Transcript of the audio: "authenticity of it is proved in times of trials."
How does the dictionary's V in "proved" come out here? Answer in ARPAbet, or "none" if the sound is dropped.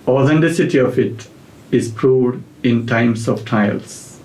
none